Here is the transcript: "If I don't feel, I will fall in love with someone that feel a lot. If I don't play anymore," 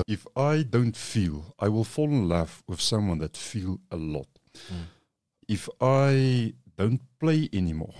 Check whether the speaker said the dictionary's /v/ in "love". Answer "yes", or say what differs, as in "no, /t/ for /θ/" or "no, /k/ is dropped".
no, /f/ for /v/